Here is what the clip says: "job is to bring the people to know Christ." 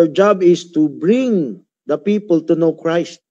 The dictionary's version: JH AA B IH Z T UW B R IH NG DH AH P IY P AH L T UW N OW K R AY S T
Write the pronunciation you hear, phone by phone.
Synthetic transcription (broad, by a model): JH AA B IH S T UW B R IH NG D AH P IY P AH L T UW N OW K R AY S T